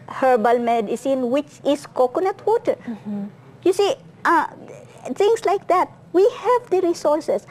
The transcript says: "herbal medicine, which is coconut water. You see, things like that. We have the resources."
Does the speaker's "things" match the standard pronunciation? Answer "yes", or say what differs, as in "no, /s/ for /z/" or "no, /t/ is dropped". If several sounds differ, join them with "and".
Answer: no, /t/ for /θ/ and /s/ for /z/